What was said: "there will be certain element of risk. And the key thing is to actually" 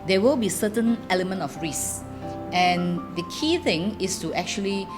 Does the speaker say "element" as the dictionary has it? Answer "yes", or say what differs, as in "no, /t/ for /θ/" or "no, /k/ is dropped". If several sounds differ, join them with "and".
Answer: yes